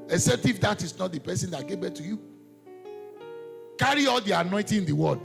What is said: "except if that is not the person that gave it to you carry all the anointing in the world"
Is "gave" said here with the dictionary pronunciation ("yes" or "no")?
no